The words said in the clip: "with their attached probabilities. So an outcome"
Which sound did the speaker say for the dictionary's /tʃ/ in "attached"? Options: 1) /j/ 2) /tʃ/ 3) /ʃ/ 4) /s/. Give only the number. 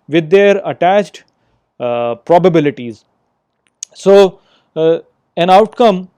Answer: 2